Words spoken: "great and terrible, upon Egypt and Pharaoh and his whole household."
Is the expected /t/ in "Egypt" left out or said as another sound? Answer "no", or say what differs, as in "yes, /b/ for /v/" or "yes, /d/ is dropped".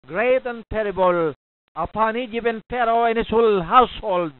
yes, /t/ is dropped